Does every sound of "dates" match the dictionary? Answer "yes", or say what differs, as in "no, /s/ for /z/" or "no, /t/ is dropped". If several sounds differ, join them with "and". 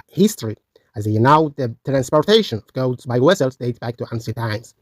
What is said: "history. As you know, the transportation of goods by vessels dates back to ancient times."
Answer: no, /s/ is dropped